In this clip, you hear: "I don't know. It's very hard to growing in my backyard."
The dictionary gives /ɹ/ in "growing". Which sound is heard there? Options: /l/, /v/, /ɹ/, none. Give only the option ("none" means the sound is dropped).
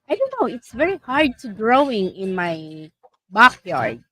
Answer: /ɹ/